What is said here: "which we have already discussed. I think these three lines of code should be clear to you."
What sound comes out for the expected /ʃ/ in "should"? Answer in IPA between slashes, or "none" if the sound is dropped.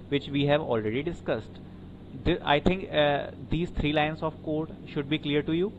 /ʃ/